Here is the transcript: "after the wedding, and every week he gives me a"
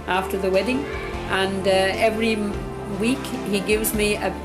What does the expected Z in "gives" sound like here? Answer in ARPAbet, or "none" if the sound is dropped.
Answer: Z